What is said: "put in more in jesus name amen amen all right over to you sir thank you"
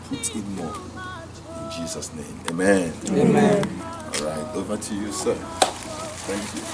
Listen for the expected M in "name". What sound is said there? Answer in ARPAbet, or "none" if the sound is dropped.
none